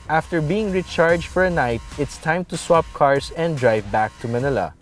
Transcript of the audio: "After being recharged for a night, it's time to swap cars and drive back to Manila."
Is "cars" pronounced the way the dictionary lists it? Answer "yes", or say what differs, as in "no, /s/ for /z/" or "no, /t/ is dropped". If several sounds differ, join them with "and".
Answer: no, /s/ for /z/